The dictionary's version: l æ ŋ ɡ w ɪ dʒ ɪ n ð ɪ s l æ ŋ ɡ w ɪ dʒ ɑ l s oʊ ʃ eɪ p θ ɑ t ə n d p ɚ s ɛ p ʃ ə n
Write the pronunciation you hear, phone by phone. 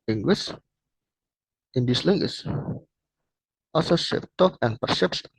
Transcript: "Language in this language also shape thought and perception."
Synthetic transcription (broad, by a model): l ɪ ŋ ɡ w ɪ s ɪ n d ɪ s l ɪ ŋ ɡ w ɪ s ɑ s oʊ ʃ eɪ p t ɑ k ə n p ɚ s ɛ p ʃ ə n